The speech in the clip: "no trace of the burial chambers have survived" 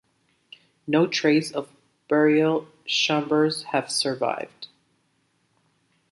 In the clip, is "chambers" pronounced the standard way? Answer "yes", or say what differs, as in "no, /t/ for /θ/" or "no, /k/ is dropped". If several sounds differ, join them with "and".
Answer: no, /ʃ/ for /tʃ/